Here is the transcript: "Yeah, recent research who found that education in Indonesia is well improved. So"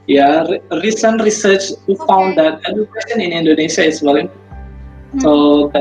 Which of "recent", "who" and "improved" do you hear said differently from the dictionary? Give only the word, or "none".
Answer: improved